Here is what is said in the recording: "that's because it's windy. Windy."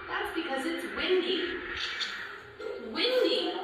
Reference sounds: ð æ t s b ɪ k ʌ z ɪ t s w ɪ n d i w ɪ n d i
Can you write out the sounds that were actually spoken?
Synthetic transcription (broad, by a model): ð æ t s b ɪ k ʌ z ɪ t s w ɪ n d i w ɪ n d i